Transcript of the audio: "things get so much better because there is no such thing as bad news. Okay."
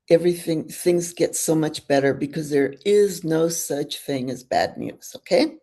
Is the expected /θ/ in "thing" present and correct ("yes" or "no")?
yes